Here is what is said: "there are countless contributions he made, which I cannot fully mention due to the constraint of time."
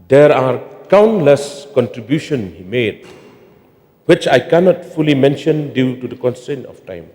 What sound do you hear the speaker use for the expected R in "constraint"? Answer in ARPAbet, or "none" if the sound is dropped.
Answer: none